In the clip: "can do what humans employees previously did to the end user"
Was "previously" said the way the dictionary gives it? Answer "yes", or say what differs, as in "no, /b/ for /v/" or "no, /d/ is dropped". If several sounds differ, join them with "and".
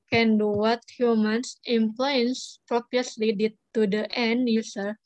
no, /p/ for /v/